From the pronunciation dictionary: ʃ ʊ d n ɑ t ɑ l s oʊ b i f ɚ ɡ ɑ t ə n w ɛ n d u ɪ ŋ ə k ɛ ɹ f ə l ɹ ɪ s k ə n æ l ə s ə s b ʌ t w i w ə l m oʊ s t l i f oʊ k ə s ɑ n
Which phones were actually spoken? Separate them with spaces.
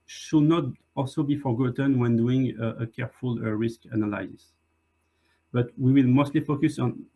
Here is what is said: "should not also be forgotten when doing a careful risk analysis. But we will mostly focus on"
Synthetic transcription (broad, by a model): ʃ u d n ɑ t ɑ l s oʊ b i f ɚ ɡ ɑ t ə n w ɛ n d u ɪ ŋ ə k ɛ ɹ f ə l ɹ ɪ s k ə n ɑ l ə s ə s b ʌ t w i w ə l m oʊ s t l i f oʊ k ə s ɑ n